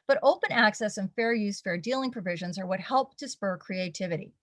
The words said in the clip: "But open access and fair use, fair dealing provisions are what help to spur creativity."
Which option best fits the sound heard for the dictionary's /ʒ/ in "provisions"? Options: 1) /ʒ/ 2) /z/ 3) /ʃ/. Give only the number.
1